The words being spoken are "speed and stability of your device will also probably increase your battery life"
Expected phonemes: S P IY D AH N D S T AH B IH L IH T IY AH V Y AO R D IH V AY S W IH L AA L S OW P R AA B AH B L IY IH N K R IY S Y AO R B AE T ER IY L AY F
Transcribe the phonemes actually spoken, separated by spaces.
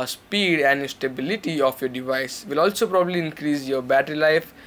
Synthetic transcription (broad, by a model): S P IY D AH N D S T AH B IH L IH T IY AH F Y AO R D IH V AY S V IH L AA L S OW P R AA B AH B L IY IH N K R IY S Y AO R B AE T ER IY L AY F